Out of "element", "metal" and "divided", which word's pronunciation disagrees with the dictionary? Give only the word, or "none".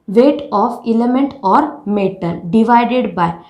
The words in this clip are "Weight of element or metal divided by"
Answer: metal